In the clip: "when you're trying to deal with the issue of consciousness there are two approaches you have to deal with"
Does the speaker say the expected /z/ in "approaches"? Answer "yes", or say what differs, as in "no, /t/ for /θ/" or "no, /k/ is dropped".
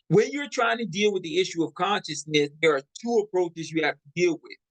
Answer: yes